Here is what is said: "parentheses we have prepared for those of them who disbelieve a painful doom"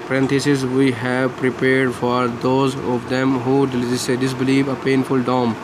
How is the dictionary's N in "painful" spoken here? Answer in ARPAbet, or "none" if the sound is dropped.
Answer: N